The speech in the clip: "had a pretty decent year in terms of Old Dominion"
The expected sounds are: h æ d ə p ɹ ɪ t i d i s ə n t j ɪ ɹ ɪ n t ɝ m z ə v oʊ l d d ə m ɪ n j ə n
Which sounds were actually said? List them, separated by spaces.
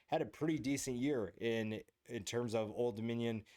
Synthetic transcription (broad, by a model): h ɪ d ə p ɹ ɪ t i d i s ə n t j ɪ ɹ ɪ n t ɝ m z ə v oʊ l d d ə m ɪ n j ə n